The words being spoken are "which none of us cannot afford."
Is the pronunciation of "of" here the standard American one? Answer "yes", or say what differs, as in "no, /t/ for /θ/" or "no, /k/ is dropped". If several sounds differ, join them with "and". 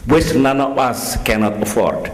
no, /b/ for /v/